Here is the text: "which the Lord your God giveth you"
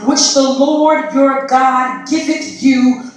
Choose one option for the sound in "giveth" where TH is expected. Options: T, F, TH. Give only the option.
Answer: T